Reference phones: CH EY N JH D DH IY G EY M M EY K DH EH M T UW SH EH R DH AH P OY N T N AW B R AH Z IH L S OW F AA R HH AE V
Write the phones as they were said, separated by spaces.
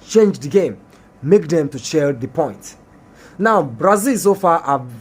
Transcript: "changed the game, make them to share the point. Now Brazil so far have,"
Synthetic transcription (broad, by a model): CH EY N JH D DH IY G EY M M EY K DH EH M T UW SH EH L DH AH P OY N T N AW B R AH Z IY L S OW F AA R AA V